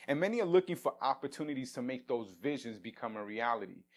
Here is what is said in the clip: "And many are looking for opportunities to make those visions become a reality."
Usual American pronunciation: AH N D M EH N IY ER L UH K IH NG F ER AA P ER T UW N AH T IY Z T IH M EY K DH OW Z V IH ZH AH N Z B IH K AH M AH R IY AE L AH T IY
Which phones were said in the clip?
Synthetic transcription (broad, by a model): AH N M EH N IY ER L UH K IH NG F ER AA P ER T UW N AH T IY Z T IH M EY K DH OW Z V IH ZH AH N Z B IH K AH M AH R IY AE L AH T IY